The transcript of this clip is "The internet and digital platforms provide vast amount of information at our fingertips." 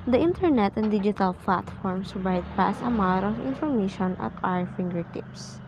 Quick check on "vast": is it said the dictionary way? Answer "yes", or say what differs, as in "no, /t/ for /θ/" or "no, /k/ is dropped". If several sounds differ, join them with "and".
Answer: no, /t/ is dropped